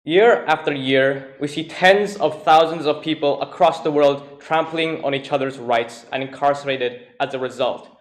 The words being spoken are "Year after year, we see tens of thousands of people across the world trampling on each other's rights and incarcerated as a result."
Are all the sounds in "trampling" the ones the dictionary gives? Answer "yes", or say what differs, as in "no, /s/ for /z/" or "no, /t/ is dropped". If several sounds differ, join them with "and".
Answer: yes